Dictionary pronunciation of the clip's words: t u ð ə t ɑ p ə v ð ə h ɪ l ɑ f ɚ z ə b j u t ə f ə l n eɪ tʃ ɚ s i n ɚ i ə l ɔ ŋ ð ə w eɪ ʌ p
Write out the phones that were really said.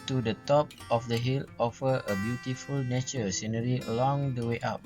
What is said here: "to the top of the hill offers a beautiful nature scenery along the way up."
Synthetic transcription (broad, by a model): t u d ə t ɑ p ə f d ə h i l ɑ f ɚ ə b j u t ə f ə l n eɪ tʃ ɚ s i n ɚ i ə l ɔ ŋ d ə w eɪ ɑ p